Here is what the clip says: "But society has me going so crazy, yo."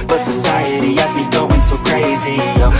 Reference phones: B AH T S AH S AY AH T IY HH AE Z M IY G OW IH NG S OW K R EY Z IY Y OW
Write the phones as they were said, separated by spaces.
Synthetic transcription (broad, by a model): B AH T S AH S AY AH T IY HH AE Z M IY G OW IH NG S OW K R EY Z IY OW